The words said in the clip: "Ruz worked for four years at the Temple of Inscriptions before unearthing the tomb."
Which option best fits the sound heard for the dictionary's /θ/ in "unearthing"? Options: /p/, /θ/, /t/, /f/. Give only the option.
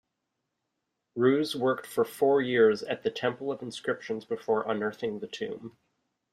/θ/